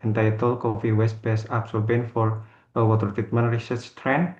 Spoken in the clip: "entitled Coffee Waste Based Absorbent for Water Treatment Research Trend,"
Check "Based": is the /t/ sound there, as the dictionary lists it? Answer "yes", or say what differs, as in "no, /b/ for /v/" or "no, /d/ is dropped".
no, /t/ is dropped